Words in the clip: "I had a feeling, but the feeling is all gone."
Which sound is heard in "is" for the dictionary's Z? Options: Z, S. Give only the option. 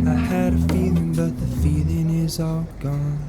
Z